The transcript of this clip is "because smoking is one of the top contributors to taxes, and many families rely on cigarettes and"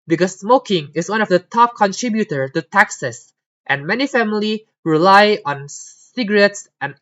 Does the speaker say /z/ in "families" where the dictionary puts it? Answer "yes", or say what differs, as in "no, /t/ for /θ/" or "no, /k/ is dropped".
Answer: no, /z/ is dropped